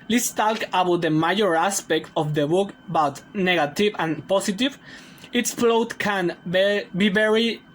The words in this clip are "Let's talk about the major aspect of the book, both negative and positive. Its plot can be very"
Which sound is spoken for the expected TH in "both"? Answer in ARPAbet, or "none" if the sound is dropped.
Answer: T